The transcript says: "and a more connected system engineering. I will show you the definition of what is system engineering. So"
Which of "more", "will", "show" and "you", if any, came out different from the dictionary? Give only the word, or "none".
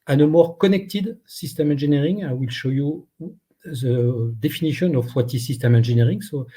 none